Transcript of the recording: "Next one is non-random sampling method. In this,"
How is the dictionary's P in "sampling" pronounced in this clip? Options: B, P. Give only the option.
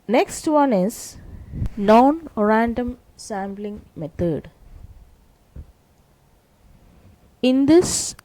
B